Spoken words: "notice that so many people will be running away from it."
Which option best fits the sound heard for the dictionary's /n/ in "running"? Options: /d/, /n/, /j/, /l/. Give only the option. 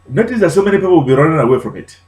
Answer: /l/